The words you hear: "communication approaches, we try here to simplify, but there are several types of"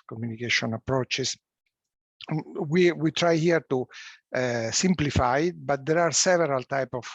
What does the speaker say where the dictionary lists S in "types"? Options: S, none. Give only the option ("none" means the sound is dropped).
none